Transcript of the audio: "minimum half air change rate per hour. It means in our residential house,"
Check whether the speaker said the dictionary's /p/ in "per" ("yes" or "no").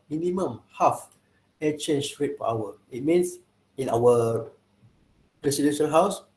no